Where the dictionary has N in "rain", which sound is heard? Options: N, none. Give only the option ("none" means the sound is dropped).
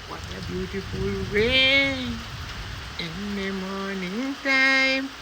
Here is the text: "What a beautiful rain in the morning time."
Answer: none